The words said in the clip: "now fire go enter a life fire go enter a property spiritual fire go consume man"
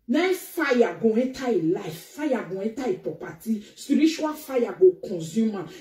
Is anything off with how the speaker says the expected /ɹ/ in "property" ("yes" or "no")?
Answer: yes